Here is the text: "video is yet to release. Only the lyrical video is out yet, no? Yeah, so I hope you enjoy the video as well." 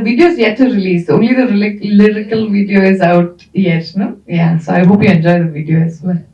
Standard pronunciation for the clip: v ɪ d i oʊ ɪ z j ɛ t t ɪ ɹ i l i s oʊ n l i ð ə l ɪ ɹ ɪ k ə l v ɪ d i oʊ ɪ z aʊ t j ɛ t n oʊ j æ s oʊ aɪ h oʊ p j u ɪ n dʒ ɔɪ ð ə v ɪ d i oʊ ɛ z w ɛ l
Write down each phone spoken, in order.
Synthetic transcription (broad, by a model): v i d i oʊ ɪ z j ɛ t t ɪ ɹ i l i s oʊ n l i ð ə l ɪ ɹ ɪ k ə l v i d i oʊ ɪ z aʊ t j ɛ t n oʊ j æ s oʊ aɪ h oʊ p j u ɪ n dʒ ɔɪ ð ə v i d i oʊ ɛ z